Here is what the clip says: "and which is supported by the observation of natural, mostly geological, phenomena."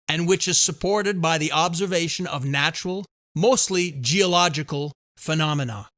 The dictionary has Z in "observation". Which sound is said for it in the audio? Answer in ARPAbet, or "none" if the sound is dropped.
Z